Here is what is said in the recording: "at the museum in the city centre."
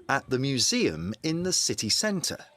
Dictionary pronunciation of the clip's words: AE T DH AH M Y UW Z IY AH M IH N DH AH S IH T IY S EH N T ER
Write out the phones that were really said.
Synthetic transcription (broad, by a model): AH T DH AH M Y UW Z IY AH M IH N DH AH S IH T IY S EH N T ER